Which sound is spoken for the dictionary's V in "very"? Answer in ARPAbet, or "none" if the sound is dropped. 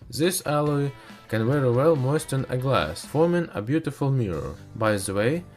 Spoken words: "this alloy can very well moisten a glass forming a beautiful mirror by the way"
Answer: W